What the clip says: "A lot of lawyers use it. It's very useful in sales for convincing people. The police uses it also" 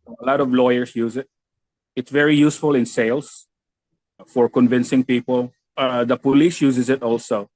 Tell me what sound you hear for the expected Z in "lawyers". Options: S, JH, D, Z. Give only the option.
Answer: S